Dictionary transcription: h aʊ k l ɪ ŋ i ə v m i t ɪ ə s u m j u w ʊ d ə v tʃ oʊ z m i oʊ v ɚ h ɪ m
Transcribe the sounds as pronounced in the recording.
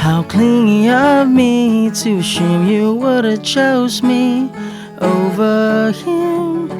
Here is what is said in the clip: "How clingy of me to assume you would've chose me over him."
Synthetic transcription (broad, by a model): h aʊ k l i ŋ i ə v m i t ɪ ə ɪ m j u w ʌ d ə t tʃ oʊ z m i oʊ v ɚ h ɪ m